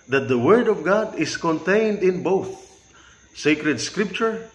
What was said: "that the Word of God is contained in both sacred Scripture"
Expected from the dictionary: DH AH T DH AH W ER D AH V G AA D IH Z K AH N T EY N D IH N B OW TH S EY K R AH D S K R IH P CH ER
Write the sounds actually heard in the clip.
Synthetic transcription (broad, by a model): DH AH T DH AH W ER D AH V G AA D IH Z K AH N T EY N D IH N B OW TH S EY K R AH D S K R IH P CH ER